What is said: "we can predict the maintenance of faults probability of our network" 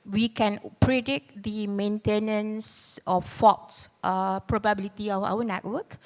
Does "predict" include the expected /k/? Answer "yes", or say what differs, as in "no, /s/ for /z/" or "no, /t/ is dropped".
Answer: no, /k/ is dropped